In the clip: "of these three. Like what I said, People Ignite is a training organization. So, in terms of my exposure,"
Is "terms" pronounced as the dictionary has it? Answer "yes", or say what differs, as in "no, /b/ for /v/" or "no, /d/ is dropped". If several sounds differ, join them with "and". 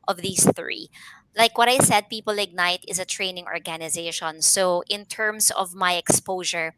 no, /s/ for /z/